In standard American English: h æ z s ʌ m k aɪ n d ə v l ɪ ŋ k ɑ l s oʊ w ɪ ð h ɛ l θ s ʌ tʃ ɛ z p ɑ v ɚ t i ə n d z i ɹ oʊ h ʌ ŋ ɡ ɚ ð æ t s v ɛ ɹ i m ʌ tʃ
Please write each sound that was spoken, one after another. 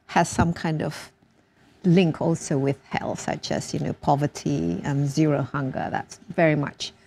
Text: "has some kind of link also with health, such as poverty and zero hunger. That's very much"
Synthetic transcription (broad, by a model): h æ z s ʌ m k aɪ n d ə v l ɪ ŋ k ɑ l s oʊ w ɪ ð h ɛ l s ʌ tʃ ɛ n p ɑ v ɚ t i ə n z i ɹ oʊ h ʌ ŋ ɡ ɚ ð æ t s v ɛ ɹ i m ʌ tʃ